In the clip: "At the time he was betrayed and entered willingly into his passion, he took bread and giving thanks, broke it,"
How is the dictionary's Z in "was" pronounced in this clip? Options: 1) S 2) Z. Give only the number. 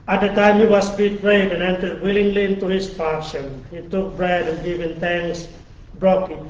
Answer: 1